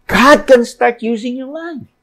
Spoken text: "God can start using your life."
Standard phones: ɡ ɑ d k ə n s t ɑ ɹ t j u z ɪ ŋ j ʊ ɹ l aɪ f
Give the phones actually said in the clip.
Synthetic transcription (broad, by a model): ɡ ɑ d k ə n s t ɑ ɹ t j u z ɪ ŋ j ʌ ɹ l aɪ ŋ